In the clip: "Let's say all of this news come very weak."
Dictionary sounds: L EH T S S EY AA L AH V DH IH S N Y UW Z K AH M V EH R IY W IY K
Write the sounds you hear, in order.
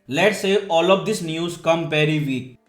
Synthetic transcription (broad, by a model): L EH T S S EY AA L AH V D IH S N Y UW Z K AH M P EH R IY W IY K